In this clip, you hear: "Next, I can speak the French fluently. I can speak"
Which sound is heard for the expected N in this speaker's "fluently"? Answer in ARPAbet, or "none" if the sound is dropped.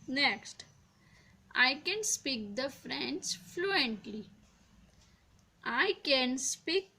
N